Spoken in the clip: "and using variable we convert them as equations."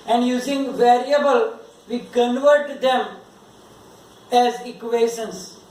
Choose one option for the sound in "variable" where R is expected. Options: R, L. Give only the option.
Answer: R